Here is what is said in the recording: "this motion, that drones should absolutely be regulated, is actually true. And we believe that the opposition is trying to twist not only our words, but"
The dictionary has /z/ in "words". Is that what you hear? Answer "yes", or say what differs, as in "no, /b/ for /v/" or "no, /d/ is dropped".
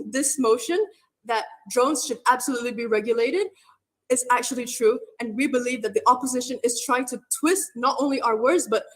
yes